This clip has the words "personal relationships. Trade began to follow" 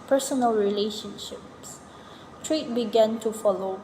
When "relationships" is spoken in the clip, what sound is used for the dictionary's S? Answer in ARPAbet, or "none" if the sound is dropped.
S